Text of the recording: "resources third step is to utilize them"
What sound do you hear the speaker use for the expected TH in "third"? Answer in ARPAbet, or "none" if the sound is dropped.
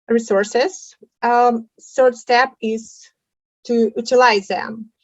S